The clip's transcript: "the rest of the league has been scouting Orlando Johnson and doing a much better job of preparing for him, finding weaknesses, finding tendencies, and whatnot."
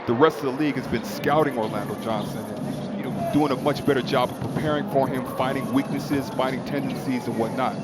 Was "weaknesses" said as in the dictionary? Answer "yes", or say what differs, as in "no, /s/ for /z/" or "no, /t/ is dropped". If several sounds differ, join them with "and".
yes